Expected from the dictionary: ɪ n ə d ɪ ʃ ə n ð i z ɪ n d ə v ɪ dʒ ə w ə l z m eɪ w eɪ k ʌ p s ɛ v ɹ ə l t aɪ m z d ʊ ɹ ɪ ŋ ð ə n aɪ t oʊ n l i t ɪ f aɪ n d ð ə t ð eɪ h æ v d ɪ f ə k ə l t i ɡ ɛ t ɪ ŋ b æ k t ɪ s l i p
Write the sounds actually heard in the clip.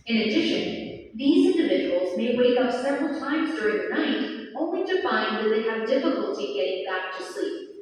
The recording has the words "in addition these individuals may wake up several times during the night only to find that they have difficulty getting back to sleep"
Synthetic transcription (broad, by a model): ɪ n ə d ɪ ʃ ə n ð i z ɪ n d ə v ɪ dʒ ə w l z m eɪ w eɪ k ʌ p s ɛ v ɹ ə l t aɪ m z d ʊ ɹ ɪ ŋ ð ə n aɪ t oʊ n l i t ɪ f aɪ n ð ə t ð eɪ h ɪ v d ɪ f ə k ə l t i ɡ ɛ t ɪ ŋ b æ k t ɪ s l i p